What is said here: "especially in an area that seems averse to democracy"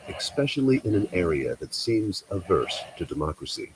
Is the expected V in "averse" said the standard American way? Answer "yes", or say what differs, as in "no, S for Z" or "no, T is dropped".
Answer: yes